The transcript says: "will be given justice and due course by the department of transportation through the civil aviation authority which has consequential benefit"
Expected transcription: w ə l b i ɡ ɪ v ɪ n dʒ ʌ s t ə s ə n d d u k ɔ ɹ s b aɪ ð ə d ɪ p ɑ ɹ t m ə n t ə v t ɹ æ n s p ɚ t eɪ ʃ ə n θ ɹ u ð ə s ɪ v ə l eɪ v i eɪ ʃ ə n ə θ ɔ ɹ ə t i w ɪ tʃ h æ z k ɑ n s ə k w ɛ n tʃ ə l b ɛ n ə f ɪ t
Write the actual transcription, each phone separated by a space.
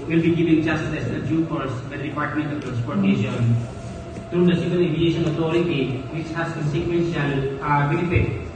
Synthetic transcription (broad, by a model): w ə l b i ɡ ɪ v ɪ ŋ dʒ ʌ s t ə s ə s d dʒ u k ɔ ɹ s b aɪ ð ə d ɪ p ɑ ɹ t m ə n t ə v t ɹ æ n s p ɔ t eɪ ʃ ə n t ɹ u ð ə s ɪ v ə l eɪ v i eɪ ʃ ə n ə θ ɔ ɹ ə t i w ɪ tʃ h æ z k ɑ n s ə k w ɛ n ʃ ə l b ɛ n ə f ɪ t